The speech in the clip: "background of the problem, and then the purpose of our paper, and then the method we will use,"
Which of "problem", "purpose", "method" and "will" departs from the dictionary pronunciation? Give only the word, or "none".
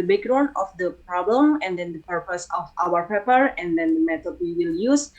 method